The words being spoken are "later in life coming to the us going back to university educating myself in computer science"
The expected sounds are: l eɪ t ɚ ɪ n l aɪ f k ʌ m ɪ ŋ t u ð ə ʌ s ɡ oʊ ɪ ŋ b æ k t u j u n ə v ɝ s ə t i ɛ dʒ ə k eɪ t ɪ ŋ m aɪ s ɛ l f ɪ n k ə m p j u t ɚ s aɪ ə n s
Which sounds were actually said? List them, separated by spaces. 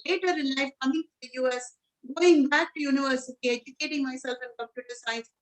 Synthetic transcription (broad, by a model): l eɪ t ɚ ɪ n l aɪ f k ʌ m ɪ ŋ t u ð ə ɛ s ɡ oʊ ɪ ŋ b æ k t u j u n ə v ɝ s ə t i ɛ dʒ ə k eɪ t ɪ ŋ m aɪ s ɛ l f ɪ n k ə p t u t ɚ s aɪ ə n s